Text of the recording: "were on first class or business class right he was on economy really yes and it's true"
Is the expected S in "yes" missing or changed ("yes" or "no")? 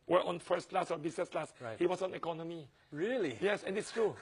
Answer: no